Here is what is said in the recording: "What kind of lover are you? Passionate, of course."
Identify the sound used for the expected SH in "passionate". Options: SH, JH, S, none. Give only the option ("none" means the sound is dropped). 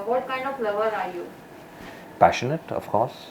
SH